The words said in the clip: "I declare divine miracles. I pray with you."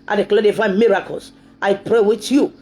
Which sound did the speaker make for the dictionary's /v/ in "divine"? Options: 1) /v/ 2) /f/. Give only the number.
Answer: 2